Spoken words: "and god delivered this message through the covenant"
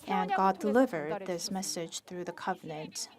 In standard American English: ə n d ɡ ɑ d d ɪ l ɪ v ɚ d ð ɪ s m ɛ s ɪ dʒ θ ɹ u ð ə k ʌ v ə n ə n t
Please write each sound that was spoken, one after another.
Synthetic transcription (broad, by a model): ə n ɡ ɑ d d ɪ l ɪ v ɚ d ð ɪ s m ɛ s ɪ dʒ θ ɹ u ð ə k ʌ v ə n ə n t